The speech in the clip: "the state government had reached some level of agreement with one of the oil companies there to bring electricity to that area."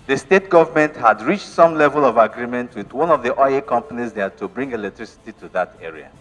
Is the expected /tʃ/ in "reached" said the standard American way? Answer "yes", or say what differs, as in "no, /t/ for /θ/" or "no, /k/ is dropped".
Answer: yes